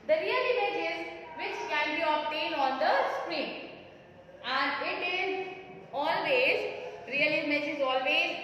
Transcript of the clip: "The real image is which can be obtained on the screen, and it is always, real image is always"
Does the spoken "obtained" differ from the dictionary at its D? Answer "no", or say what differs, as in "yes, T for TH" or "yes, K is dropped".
yes, D is dropped